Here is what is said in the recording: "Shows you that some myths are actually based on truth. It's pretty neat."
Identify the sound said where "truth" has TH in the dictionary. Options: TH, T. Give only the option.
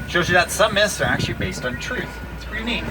TH